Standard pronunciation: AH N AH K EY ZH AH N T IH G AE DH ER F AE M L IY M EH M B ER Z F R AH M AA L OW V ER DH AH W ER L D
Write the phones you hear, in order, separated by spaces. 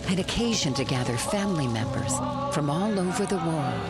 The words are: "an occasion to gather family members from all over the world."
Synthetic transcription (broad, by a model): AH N AH K EY ZH AH N T IH G AE DH ER F AE M L IY M EH M B ER Z F R AH M AA L OW V ER DH AH W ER L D